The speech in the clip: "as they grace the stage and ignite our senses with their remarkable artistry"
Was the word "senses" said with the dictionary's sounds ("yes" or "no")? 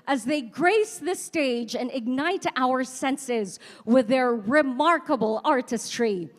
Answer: yes